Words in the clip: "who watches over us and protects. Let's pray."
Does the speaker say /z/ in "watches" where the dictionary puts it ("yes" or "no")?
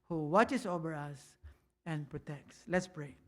no